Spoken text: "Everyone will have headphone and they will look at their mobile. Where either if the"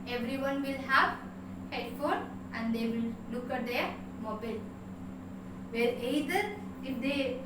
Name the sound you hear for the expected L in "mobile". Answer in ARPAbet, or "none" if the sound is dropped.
L